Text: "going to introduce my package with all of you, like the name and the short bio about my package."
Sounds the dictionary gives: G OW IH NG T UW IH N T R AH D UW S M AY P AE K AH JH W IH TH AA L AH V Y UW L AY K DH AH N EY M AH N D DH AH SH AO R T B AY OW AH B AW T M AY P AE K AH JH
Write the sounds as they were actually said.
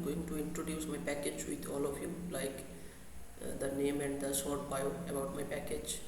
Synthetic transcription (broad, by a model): G OW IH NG T UW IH N T R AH D UW S M AY P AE K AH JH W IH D AA L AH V Y UW L AY K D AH N EY M AH N D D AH S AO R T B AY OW AH B AW T M AY P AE K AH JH